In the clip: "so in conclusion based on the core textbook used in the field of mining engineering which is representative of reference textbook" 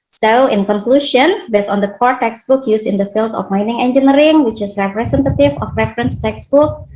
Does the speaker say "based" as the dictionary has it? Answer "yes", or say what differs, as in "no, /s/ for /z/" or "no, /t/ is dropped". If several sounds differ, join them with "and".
no, /t/ is dropped